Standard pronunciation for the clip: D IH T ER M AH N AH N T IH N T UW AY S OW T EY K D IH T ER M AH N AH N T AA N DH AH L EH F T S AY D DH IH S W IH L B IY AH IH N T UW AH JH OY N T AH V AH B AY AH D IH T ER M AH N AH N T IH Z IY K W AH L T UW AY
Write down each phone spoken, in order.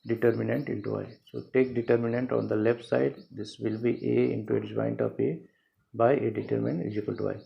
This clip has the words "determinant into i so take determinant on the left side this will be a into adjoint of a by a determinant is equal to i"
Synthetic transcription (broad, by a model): D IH T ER M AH N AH N T IH N T UW AY S OW T EY K D IH T ER M AH N AH N T AA N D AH L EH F T S AY D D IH S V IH L B IY AH IH N T UW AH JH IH N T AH P AH B AY AH D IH T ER M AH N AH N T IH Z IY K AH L T UW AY